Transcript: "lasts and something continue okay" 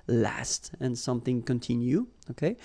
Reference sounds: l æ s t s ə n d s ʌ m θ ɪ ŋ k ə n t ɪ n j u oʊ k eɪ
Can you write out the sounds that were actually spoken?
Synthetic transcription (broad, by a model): l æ s t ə n s ʌ m θ ɪ ŋ k ə n t ɪ n j u oʊ k eɪ